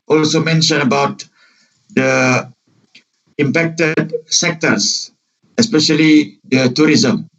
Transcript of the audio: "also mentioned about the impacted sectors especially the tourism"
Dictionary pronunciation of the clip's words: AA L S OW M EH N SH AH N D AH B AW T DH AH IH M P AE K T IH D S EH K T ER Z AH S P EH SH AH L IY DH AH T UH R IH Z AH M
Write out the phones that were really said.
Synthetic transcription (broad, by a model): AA L S OW M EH N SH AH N AH B AW T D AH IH M P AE K T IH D S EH K T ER S AH S P EH SH AH L IY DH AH T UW R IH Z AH M